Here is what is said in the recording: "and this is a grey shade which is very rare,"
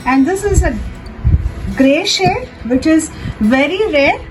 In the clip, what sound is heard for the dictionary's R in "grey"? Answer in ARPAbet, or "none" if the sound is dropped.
R